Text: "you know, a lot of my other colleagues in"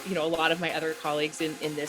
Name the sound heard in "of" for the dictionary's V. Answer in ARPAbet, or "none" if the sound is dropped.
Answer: V